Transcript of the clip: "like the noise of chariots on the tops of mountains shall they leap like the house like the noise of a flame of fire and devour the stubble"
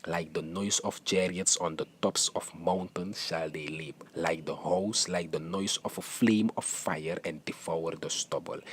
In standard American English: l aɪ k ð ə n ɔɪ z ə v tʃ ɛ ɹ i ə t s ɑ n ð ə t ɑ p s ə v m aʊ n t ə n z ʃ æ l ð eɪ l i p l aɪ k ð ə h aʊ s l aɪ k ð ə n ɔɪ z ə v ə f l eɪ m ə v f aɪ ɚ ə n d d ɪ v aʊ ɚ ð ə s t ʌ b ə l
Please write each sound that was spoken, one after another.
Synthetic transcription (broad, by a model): l aɪ k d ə n ɔɪ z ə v tʃ ɛ ɹ i ə t s ɑ n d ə t ɑ p s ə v m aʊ n t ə n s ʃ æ l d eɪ l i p l aɪ k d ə h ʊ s l aɪ k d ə n ɔɪ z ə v ə f l eɪ m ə f aɪ ɚ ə n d d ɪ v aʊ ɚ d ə s t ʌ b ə l